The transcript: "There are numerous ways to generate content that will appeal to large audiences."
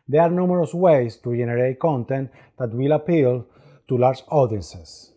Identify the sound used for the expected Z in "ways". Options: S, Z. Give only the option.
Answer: S